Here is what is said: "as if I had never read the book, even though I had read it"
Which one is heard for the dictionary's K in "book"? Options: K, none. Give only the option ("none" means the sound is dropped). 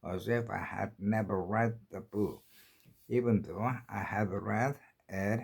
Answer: none